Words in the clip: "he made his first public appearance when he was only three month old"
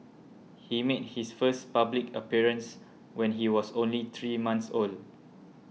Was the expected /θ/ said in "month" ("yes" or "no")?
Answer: no